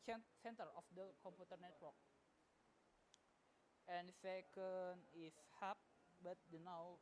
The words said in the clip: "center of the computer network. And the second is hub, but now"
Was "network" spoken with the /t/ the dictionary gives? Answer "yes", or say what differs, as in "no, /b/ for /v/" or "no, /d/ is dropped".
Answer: yes